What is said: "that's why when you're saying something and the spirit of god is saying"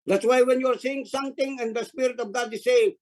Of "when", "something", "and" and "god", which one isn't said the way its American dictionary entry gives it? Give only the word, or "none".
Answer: something